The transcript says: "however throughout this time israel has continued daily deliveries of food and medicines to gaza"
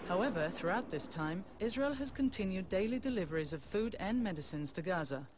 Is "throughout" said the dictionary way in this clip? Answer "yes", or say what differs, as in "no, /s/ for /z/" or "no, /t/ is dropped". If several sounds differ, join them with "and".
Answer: yes